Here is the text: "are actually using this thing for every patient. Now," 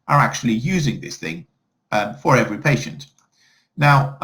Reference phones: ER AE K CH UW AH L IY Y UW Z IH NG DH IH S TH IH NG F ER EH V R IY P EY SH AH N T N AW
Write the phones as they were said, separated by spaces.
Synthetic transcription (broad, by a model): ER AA K CH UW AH L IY Y UW Z IH NG DH IH S TH IH NG F ER EH V R IY P EY SH AH N T N AW